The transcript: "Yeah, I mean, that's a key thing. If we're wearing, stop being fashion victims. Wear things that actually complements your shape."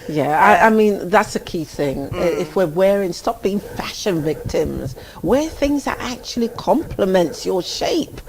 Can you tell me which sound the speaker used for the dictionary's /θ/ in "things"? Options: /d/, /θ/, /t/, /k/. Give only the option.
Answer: /θ/